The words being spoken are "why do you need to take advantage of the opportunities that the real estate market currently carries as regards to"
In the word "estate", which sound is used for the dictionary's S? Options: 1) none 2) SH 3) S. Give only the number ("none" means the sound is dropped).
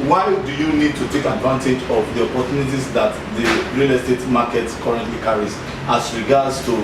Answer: 3